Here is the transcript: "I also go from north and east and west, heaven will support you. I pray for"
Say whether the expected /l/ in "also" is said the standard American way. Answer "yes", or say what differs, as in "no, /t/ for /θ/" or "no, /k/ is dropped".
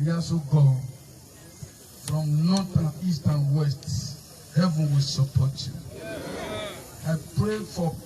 no, /l/ is dropped